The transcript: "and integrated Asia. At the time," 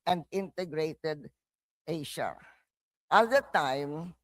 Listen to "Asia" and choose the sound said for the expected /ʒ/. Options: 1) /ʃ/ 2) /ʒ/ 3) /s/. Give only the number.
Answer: 1